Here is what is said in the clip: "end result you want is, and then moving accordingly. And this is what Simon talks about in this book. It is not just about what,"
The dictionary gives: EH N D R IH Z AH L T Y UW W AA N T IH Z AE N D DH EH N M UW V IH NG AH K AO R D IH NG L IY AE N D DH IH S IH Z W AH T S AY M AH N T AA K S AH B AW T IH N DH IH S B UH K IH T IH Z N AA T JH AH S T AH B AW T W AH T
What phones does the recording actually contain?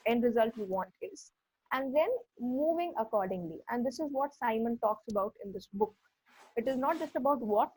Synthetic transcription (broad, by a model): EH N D R IH Z AH L T Y UW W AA N T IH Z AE N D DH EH N M UW V IH NG AH K AO R D IH NG L IY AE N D IH S IH Z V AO T S AY M AH N T AA K S AH B AW T IH N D IH S B UH K IH T IH Z N AA T JH AH S T AH B AW T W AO T